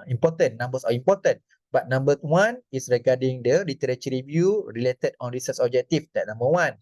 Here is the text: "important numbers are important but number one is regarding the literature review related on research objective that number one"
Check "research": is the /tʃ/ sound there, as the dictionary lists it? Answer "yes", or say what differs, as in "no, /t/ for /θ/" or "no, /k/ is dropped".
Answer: no, /s/ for /tʃ/